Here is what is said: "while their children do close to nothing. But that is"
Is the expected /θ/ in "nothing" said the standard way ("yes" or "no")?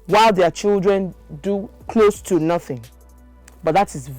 yes